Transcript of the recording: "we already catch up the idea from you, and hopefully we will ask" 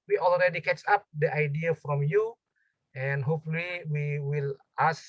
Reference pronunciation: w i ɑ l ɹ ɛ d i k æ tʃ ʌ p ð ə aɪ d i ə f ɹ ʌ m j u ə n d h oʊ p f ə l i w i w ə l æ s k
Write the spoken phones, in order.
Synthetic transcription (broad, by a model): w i ɑ l ɹ ɛ d i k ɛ s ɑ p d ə aɪ d i ə f ɹ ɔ m j u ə n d h oʊ p f ə l i w i w ə l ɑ s